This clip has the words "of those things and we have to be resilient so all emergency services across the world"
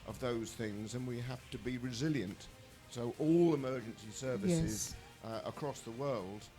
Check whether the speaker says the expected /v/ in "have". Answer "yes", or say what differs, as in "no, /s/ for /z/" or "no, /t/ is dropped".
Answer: no, /f/ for /v/